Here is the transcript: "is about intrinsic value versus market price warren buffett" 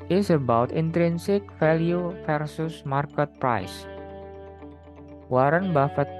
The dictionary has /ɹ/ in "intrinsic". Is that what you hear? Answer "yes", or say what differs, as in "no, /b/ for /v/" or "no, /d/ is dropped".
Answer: yes